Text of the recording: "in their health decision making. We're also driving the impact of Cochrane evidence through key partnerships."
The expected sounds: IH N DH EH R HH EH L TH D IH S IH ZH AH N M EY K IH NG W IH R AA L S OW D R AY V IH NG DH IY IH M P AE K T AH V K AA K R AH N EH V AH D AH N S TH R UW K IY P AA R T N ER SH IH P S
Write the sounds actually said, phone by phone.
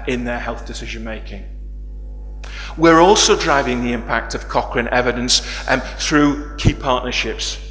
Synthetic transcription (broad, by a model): IH N DH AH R HH EH L TH D IH S IH ZH AH N M EY K IH NG W IH R AA L S OW D R AY V IH NG DH IY IH M P AE K T AH V K AA K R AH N EH V AH D AH N S TH R UW K IY P AA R T N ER SH IH P S